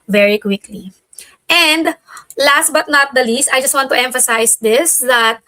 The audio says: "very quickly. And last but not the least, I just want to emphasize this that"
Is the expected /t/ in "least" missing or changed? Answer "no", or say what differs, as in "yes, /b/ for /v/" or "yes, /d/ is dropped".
no